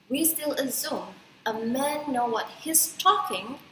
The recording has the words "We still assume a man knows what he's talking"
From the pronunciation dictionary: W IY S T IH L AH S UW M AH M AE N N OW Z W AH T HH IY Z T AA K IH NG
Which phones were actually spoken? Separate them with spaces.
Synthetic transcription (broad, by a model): W IY S T IH L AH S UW M AH M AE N N OW W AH T HH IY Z T AA K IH NG